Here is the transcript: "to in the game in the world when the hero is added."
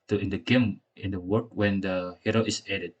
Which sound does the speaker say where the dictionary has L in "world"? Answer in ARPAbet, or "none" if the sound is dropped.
none